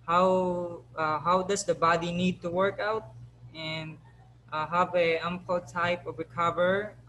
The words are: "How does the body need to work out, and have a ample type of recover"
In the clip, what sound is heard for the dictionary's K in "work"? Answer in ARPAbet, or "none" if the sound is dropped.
K